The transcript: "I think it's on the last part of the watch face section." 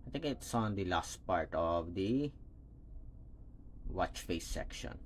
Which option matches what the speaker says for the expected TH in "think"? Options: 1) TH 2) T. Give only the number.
2